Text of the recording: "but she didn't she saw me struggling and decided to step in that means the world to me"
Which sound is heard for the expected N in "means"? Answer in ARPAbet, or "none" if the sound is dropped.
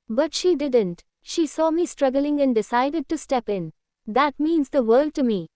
N